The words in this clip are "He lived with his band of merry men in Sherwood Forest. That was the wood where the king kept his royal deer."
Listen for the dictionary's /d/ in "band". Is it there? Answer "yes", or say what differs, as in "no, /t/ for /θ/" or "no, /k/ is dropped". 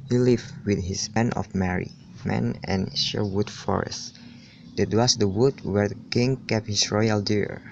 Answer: no, /d/ is dropped